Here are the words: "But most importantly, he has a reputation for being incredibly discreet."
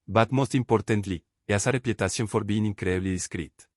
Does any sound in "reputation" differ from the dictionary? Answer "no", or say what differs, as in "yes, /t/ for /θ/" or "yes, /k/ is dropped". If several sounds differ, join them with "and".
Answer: yes, /s/ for /ʃ/